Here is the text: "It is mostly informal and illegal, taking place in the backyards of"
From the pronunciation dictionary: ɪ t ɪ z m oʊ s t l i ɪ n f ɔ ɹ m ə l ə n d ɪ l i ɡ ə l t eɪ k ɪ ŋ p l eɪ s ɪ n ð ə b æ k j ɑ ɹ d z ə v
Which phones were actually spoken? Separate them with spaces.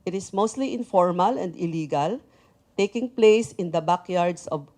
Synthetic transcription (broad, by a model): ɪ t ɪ s m oʊ s t l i ɪ n f ɔ ɹ m ə l ə n d ɪ l i ɡ ə l t eɪ k ɪ ŋ p l eɪ s ɪ n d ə b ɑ k j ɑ ɹ d s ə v